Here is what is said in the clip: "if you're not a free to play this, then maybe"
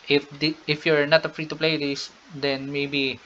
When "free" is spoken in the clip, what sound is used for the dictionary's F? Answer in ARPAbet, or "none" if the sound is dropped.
F